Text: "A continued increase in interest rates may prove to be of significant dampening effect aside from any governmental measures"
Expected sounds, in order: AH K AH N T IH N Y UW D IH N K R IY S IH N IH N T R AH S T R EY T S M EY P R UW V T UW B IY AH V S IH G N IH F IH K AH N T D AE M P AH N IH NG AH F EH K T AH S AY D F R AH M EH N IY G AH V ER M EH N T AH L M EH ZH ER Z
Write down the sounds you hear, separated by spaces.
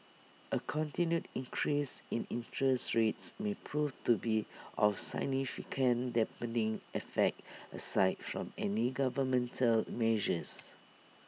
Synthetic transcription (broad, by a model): AH K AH N T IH N Y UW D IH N K R IY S IH N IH N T R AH S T R EY T S M EY P R UW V T UW B IY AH F S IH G N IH F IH K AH N D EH P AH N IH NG AH F EH K T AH S AY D F R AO M EH N IY G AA V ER M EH N T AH L M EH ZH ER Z